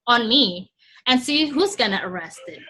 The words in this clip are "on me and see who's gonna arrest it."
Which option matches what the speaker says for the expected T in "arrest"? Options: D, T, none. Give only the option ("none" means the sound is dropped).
T